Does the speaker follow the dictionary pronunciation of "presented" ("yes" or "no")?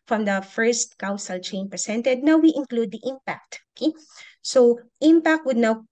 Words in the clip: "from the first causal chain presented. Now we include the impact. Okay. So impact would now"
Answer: no